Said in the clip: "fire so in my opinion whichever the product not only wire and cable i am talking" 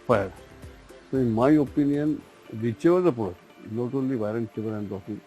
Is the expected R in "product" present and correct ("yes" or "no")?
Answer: no